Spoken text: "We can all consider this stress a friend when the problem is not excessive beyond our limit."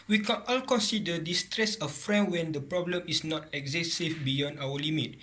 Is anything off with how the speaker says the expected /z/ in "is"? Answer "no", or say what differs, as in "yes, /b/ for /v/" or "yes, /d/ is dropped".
yes, /s/ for /z/